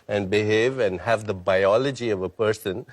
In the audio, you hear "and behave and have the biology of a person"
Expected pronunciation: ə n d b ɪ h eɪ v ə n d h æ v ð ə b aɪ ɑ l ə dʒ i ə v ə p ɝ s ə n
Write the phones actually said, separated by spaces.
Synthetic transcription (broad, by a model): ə n d b ɪ h eɪ v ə n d h æ v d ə b aɪ ɑ l ə dʒ i ə v ə p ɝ s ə n